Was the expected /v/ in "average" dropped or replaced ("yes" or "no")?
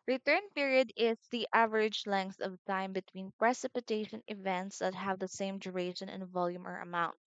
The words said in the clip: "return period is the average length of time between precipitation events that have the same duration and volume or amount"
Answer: no